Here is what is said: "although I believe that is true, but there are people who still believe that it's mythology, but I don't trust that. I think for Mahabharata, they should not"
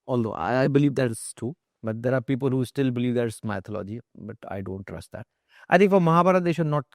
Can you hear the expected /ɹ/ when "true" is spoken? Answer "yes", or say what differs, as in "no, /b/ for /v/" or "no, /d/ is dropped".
no, /ɹ/ is dropped